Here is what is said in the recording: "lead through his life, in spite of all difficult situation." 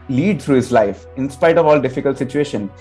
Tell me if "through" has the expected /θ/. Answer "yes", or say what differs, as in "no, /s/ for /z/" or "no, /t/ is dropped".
no, /t/ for /θ/